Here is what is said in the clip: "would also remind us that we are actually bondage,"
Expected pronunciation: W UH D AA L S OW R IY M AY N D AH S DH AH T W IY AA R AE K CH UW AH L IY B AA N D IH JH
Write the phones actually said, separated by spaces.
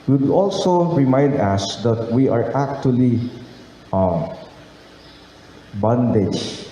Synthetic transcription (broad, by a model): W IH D AA L S OW R IY M AY N D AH S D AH T W IY AA R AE K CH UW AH L IY B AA N D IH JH